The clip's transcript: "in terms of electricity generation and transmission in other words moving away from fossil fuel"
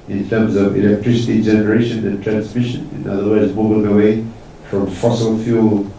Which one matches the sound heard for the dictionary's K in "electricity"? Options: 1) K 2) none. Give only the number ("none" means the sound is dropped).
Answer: 1